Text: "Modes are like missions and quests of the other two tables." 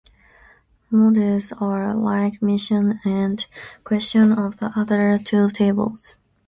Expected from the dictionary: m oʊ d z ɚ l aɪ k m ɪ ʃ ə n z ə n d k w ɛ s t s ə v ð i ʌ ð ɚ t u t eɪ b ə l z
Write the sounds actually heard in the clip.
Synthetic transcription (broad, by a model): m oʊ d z ɚ l aɪ k m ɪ ʃ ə n ə n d k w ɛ s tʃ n ə v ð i ʌ ð ɚ t u t eɪ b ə l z